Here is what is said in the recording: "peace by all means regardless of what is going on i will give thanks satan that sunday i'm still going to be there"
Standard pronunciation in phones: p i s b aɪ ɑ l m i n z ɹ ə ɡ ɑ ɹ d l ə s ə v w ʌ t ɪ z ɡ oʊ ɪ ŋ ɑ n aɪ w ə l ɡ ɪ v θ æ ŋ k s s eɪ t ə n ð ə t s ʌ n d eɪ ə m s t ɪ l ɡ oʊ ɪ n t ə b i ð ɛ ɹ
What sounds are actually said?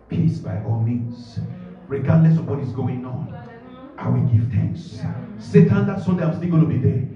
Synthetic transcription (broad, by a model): p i s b aɪ ɑ l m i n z ɹ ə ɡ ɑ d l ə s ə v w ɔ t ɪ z ɡ oʊ ɪ ŋ ɑ n aɪ w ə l ɡ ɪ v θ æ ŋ k s s eɪ t ə n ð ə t s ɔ d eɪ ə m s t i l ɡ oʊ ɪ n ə b i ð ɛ